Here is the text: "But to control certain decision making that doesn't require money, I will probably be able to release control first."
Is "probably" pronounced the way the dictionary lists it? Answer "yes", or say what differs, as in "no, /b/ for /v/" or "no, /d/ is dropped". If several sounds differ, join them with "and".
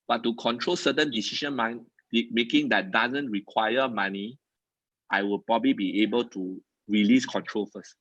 yes